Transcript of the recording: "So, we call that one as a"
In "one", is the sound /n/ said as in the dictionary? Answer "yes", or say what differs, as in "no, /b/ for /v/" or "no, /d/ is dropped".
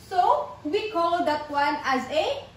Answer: yes